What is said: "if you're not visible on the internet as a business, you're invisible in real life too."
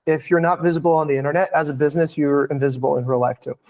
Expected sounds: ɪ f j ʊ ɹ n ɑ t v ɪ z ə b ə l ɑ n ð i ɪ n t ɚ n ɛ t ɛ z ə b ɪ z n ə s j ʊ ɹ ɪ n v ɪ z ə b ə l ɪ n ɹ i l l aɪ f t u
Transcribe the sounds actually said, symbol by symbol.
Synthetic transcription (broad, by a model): ɪ f j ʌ ɹ n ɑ t v ɪ z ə b l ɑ n ð i ɪ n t ɚ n ɛ t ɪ z ə b ɪ z n ə s j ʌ ɹ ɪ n v ɪ z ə b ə l ɪ n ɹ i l l aɪ f t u